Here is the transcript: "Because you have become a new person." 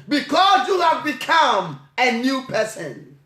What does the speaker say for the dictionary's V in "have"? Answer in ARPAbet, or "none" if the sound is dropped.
V